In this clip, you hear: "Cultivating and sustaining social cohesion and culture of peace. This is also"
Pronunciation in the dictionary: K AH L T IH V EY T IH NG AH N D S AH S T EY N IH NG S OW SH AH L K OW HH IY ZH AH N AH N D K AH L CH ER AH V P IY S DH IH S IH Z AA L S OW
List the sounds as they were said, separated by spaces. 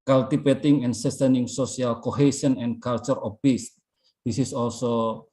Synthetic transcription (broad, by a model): K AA L T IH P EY T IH NG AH N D S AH S T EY N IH NG S OW S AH L K OW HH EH S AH N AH N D K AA L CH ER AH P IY S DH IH S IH S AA L S OW